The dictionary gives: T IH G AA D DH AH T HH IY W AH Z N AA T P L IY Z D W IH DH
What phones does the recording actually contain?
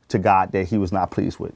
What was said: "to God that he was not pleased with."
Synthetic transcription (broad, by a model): T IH G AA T DH AH T HH IY W AH Z N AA T P L IY Z D W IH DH